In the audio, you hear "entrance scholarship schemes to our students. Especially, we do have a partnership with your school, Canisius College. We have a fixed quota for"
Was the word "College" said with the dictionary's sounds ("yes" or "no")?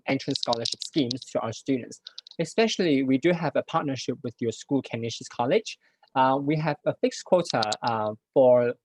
yes